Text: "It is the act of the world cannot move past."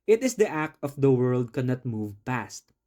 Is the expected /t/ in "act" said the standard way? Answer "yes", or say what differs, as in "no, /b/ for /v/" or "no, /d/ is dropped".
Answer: yes